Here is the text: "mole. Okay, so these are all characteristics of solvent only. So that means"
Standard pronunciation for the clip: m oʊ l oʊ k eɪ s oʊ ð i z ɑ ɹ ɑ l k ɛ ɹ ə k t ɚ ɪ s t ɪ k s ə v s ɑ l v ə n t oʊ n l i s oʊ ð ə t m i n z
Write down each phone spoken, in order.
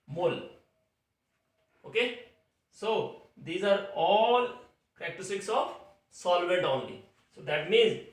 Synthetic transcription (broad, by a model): m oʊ l oʊ k eɪ s oʊ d i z ɑ ɹ ɑ l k ɹ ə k t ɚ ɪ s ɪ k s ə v s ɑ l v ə t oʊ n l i s oʊ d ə t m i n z